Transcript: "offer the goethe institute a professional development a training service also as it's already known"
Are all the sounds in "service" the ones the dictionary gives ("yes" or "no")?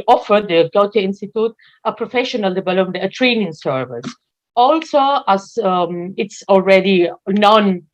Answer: yes